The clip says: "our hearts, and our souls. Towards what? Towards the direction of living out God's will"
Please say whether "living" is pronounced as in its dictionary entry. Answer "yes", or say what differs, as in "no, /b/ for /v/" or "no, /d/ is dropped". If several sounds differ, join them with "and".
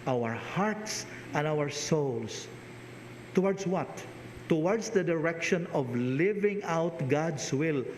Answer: yes